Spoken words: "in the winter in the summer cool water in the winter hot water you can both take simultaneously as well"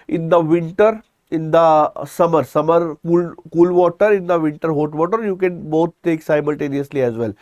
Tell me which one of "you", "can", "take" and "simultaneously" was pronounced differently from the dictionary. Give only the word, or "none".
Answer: none